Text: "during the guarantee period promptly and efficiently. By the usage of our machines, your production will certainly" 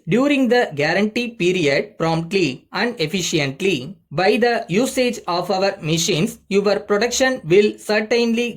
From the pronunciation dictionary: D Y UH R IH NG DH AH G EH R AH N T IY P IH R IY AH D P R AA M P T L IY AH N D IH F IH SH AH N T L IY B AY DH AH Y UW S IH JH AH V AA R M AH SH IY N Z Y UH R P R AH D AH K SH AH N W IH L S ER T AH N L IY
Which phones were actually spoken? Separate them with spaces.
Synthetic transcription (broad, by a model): D Y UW R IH NG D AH G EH R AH N T IY P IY R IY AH D P R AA M P T L IY AH N D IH F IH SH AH N T L IY B AY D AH Y UW S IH JH AH V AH R M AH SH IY N S Y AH R P R AH D AH K SH AH N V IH L S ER T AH N L IY